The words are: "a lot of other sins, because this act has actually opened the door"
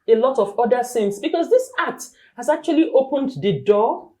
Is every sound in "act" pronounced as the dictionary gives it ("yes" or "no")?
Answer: no